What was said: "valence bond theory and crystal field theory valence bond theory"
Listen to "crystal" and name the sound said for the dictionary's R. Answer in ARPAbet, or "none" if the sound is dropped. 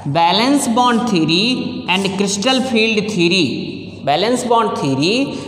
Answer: R